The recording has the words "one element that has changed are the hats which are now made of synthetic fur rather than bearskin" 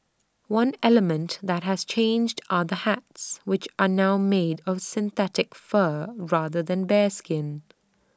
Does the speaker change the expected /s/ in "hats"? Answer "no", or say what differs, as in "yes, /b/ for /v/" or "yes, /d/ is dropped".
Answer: no